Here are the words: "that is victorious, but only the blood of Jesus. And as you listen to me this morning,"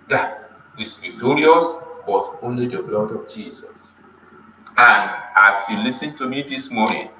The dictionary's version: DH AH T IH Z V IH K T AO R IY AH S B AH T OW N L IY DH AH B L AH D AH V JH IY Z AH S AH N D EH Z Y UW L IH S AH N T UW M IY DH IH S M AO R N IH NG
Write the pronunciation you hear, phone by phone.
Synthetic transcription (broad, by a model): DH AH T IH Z V IH K T AO R IY AH S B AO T OW N L IY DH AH B L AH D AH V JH IY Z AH S AH N D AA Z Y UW L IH S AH N T UW M IY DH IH S M AO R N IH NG